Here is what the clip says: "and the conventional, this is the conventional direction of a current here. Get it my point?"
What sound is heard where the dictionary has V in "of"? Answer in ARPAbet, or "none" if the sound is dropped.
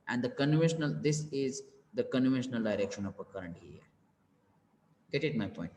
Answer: P